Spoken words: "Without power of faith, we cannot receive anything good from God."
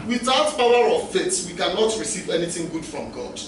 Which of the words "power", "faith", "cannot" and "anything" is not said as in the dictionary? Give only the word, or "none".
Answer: faith